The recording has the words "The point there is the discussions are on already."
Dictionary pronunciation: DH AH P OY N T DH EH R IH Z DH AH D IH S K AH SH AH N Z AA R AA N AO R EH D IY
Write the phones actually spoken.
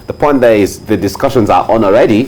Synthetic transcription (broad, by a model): DH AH P OY N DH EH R IH Z DH AH D IH S K AH SH AH N Z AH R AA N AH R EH D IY